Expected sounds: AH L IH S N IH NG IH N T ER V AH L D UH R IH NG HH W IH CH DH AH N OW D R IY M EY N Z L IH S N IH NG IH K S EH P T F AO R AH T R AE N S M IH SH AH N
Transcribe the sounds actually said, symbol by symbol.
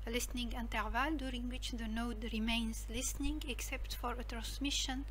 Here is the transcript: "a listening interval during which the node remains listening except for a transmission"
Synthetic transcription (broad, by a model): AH L IH S N IH NG IH N T ER V AH L D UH R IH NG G W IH CH DH AH N OW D R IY M EY N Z L IH S N IH NG IH K S EH P T F AO R AH T R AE N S M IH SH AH N